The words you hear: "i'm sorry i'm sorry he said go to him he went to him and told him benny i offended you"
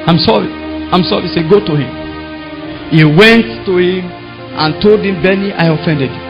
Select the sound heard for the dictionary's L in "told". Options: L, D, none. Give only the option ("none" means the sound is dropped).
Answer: L